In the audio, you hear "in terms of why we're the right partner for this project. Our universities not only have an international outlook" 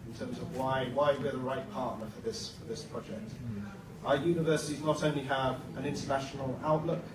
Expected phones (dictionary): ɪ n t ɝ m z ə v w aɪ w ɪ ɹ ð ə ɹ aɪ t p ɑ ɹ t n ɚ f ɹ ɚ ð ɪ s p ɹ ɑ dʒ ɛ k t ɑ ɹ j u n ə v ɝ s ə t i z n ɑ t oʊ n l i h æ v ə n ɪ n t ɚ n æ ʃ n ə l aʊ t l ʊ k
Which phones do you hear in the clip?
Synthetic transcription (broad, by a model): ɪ n t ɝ m z ə v w aɪ w ɪ w ð ə ɹ aɪ t p ɑ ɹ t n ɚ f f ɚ ð ɪ s p ɹ ɑ dʒ ɛ k t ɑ j u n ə v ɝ s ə t i z n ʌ t oʊ n l i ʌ v ə n ɪ n t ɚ n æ ʃ n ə l aʊ t l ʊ k